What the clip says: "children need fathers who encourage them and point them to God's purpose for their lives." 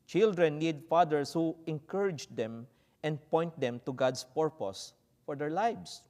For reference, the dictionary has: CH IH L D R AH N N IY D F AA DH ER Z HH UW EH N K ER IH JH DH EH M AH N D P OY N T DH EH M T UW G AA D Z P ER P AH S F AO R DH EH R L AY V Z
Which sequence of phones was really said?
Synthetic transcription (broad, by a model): CH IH L D R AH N N IY D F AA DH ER S HH UW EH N K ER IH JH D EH M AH N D P OY N T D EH M T UW G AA D S P ER P AH S F AO R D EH R L AY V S